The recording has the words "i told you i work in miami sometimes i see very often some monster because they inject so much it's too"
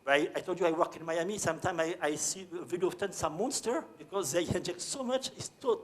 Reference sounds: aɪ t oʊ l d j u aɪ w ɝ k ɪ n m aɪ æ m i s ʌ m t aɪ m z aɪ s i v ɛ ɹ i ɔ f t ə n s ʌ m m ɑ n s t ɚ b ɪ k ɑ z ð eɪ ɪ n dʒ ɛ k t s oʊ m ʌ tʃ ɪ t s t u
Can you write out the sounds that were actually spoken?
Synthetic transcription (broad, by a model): aɪ t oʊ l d j u aɪ w ɝ k ɪ n m aɪ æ m i s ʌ m t aɪ m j aɪ s i v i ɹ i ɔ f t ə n s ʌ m m ɑ n s t ɚ b ɪ k ɑ z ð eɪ ɪ n dʒ ɛ k t s oʊ m ʌ tʃ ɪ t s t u